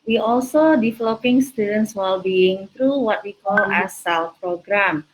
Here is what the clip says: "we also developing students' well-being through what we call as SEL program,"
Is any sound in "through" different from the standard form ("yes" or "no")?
yes